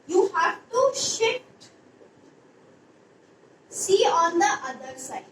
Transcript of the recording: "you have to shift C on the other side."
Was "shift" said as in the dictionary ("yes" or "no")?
no